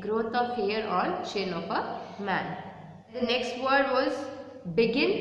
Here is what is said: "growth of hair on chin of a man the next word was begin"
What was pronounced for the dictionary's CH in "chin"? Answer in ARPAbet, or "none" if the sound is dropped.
SH